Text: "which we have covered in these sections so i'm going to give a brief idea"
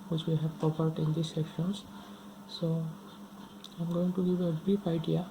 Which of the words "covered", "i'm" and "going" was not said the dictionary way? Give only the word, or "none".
covered